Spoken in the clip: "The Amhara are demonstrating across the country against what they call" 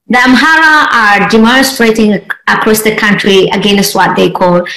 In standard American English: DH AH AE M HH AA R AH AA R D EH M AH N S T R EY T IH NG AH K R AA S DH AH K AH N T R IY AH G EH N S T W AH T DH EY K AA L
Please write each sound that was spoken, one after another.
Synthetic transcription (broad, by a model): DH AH AE M HH AA R AH AA R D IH M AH S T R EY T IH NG AH K R AA S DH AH K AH N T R IY AH G EH N S T W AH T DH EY K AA L